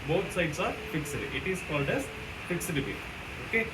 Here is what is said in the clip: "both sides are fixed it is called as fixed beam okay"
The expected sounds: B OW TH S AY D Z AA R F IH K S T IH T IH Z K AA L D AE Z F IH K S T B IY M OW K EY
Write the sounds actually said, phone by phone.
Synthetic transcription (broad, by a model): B OW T S AY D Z AA R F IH K S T IH T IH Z K AA L D AE Z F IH K S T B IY OW K EY